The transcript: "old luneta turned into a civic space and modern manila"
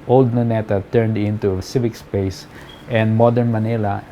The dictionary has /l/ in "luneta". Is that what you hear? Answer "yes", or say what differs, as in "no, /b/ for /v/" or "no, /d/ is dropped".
no, /n/ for /l/